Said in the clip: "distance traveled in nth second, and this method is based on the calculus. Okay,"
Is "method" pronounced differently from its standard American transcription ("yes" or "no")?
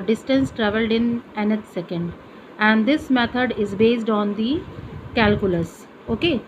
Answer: yes